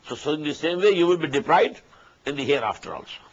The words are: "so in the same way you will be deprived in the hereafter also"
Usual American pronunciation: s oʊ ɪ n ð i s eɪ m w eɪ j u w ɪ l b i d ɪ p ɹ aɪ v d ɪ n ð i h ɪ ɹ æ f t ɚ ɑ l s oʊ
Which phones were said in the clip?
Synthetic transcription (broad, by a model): s oʊ ɪ n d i s eɪ m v eɪ j u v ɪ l b i d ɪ p ɹ aɪ d ɪ n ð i h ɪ ɹ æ f t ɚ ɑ l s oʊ